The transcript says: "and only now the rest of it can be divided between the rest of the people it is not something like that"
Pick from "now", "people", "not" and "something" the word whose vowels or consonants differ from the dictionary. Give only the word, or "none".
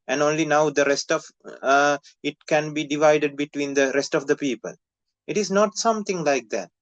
something